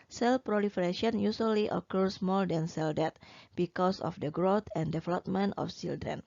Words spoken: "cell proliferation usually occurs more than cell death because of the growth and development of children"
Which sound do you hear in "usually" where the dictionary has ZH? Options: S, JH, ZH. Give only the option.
S